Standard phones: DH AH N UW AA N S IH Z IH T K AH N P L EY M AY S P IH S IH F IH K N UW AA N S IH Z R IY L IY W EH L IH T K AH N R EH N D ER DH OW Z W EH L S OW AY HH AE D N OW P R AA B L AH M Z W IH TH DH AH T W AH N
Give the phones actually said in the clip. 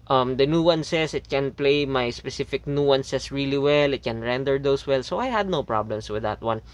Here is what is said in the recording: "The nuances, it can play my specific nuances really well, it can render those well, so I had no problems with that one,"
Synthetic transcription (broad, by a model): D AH N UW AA N S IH S IH T K AH N P L EY M AY S P IH S IH F IH K N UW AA N S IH S R IY L IY W EH L IH T K AH N R EH N D ER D OW S W EH L S OW AY HH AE D N OW P R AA B L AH M S W IH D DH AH T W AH N